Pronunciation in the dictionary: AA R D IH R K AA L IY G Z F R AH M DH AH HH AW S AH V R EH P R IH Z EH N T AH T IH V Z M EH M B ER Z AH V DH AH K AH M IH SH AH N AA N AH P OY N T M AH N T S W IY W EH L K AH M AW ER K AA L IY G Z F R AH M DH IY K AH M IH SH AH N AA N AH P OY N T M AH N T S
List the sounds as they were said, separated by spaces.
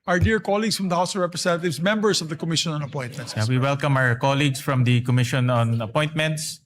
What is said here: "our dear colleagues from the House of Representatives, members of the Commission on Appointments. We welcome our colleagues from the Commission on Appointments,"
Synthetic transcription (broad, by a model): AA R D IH R K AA L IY G S F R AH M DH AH HH AW S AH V R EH P R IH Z EH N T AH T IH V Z M EH M B ER S AH V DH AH K AH M IH SH AH N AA N AH P OY N T M AH N T S W IY W EH L K AH M AW ER K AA L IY G S F R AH M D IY K AH M IH SH AH N AA N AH P OY N T M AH N T S